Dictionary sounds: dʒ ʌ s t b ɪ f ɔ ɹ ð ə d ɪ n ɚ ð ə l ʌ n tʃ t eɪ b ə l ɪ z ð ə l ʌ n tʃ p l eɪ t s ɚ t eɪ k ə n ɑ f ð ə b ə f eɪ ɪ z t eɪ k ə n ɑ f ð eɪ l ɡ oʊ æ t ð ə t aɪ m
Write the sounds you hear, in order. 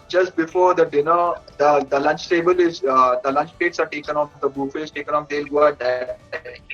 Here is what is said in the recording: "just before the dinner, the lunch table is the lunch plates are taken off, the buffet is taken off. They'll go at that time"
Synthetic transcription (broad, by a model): dʒ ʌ s t b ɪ f ɔ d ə d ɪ n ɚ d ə l ʌ n tʃ t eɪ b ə l ɪ z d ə l ʌ n tʃ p eɪ t s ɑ t eɪ k ə n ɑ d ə b ə f eɪ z t eɪ k ə n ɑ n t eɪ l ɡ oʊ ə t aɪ